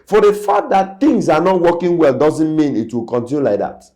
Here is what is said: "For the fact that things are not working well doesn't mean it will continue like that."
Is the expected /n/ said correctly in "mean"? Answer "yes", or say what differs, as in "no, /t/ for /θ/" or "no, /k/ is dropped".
yes